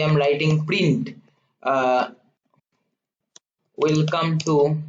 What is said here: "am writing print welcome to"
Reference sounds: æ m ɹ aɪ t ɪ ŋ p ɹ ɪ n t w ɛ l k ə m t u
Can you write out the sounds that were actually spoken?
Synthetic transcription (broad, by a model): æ m l aɪ t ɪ ŋ p ɹ ɪ n t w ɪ l k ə m t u